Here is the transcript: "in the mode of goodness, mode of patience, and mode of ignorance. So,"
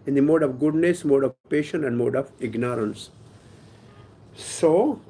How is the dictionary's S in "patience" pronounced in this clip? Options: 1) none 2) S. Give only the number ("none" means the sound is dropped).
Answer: 1